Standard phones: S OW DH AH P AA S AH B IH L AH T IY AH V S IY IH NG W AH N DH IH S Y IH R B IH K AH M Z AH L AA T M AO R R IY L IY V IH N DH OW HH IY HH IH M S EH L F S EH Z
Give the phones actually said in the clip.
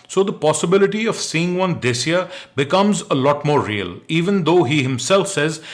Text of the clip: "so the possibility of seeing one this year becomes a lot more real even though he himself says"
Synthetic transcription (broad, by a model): S OW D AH P AA S AH B IH L AH T IY AH V S IY IH NG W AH N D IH S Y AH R B IH K AH M Z AH L AA T M AO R R IY L IY V IH N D OW HH IY HH IH M S EH L F S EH Z